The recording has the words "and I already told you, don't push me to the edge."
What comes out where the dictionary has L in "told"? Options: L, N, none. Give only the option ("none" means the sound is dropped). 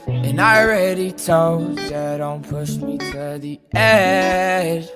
none